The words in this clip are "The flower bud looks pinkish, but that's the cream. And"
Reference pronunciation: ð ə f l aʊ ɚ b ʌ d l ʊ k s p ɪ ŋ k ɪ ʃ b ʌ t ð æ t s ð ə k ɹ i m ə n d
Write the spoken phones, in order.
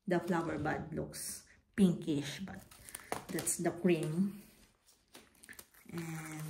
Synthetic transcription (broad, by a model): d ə f l aʊ ɚ b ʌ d l ʊ k s p ɪ ŋ k ɪ ʃ b ʌ t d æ t s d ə k ɹ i m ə n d